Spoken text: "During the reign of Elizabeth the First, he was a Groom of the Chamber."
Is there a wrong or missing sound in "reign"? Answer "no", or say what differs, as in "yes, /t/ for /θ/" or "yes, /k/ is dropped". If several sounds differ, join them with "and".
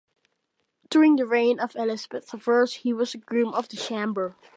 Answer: no